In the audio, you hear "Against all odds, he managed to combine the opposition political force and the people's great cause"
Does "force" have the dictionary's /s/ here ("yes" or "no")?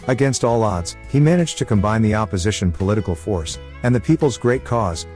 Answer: yes